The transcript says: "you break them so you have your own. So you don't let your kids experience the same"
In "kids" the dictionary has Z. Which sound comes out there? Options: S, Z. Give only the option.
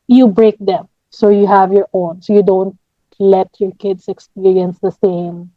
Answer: S